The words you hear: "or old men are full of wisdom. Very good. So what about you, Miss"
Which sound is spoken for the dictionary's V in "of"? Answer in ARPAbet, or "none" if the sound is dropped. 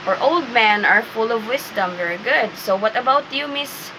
V